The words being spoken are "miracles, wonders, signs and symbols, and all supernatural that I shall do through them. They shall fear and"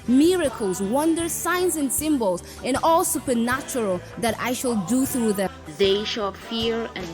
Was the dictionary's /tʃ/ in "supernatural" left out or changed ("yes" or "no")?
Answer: no